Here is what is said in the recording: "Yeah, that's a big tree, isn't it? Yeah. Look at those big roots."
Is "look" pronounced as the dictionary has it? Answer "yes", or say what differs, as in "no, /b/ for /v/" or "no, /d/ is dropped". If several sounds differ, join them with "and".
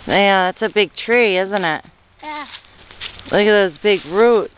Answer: no, /k/ is dropped